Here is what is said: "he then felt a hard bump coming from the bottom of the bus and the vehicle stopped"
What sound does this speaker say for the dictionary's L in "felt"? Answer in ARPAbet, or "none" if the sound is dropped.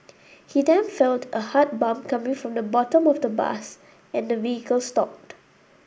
L